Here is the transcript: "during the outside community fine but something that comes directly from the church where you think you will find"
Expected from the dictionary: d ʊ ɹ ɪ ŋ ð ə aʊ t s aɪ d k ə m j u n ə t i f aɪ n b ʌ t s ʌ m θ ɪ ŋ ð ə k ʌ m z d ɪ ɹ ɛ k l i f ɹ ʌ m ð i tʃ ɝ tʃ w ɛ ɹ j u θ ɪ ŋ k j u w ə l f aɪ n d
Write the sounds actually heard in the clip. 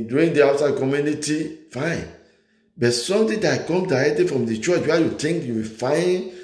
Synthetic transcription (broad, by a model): d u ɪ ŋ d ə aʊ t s aɪ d k ə m j u n ə t i f aɪ n b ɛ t s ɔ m t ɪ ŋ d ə k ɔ m d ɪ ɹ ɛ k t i f ɹ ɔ m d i tʃ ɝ tʃ w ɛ j u t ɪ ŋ k j u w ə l f aɪ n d